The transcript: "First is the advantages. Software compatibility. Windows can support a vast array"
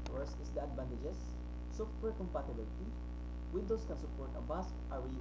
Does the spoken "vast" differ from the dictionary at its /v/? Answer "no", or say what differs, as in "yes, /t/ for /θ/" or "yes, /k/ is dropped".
yes, /b/ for /v/